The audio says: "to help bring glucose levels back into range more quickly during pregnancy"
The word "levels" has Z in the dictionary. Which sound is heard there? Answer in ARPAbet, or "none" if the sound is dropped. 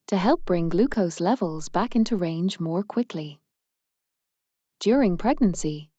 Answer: Z